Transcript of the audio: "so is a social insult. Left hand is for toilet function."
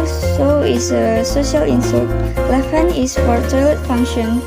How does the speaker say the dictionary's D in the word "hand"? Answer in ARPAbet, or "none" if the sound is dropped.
none